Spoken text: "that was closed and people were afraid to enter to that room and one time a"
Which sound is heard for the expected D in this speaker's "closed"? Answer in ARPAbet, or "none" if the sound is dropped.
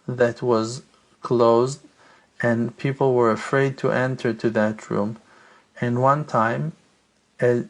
D